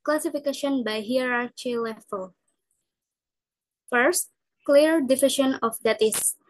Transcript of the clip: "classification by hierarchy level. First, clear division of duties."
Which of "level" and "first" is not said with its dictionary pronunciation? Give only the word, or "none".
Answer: level